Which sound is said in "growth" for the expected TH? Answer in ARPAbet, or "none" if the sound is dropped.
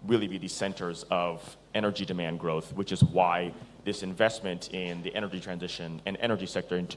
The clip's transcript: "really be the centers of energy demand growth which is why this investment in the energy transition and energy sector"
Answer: TH